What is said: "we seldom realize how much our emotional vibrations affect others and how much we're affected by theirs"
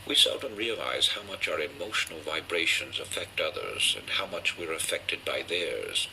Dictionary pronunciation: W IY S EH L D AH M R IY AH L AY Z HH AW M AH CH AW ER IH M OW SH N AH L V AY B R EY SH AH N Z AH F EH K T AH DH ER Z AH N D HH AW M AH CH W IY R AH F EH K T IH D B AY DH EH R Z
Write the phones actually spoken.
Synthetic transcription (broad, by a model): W IY S EH L D AH M R IY AH L AY Z HH AW M AH CH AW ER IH M OW SH N L V AY B R EY SH AH N Z AH F EH K T AH DH ER Z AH N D HH AW M AH CH W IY R AH F EH K T IH D B AY DH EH R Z